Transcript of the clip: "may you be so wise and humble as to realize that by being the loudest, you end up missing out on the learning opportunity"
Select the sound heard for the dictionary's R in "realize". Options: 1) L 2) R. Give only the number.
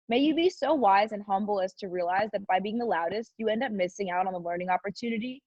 2